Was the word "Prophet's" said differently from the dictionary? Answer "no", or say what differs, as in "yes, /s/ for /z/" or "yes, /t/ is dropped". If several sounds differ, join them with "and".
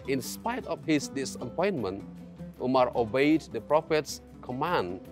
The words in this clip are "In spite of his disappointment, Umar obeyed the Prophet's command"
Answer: no